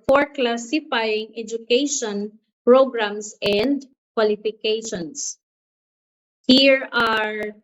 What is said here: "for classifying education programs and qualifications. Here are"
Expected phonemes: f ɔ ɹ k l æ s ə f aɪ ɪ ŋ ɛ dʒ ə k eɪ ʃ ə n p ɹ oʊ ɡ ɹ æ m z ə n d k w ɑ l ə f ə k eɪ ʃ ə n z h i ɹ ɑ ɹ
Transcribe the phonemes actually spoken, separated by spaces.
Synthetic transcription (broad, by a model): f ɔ ɹ k l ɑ s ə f aɪ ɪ ŋ ɛ dʒ ə k eɪ ʃ ə n p ɹ oʊ ɡ ɹ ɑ m s ə n d k w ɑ l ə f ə k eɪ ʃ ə n s h i ɹ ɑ ɹ